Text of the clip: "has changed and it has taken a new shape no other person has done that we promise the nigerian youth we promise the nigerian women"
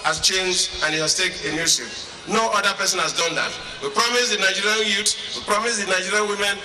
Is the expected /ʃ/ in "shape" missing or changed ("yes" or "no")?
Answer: yes